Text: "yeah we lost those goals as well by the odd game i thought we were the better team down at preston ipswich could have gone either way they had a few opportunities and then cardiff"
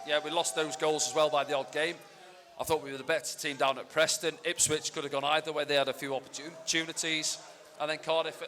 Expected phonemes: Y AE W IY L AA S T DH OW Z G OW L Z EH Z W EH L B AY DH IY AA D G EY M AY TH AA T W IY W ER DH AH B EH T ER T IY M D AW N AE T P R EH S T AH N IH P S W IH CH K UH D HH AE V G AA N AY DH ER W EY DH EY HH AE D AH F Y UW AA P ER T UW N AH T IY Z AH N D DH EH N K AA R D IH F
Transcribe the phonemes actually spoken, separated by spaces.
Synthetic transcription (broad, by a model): Y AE W IY L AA S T DH OW Z G OW L Z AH Z W EH L B AY DH IY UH D G EY M AY TH AA T W IY W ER DH AH B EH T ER T IY M D AW N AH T P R EH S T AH N IH P S W IH CH K UH D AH V G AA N AY DH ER W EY DH EY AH D AH F Y UW AA P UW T UW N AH T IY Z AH N DH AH N K AA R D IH F